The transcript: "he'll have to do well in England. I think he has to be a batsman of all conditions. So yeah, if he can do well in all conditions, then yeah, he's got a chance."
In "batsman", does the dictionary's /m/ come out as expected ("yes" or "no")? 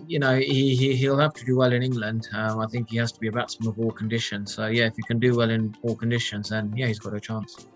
no